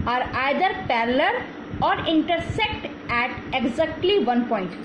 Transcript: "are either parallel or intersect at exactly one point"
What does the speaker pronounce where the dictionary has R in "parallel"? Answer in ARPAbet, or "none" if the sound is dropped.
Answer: L